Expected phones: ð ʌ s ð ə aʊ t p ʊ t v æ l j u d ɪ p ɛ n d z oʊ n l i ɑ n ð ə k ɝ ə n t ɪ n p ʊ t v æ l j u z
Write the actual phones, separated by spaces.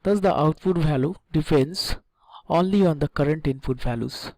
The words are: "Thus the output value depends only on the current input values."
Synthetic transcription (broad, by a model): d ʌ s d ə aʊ t f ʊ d v æ l j u d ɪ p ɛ n d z oʊ n l i ɑ n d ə k ɝ ə n t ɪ n f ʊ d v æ l j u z